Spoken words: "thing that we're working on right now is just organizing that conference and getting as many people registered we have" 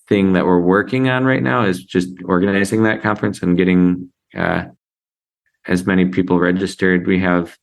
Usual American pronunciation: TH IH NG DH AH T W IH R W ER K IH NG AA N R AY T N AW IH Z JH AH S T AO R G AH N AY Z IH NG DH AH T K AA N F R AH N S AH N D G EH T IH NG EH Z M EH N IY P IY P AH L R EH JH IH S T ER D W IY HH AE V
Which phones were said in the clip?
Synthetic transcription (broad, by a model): TH IH NG DH AH T W IH R W ER K IH NG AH N R AY T N AW IH Z JH AH S T AO R G AH N AY Z IH NG DH AH T K AA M F R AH N S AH N G EH T IH NG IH Z M EH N IY P IY P L R EH JH IH S T ER D W IY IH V